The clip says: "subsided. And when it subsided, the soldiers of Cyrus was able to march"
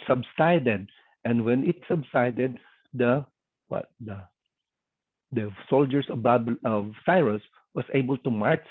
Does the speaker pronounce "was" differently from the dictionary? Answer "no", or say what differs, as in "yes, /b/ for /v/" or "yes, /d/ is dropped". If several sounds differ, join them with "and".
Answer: yes, /s/ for /z/